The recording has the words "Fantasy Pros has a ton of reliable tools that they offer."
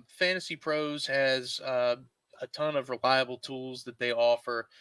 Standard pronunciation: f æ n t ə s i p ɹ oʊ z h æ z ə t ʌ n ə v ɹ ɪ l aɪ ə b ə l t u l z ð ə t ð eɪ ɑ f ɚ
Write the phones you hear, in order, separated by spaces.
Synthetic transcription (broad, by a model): f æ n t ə s i p ɹ oʊ z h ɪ z ə t ʌ n ə v ɹ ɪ l aɪ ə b l t u l z ð ə t ð eɪ ɑ f ɚ